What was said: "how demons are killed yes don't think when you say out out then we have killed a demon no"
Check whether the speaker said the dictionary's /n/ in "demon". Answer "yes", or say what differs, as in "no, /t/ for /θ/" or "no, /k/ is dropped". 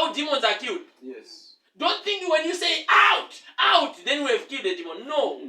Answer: yes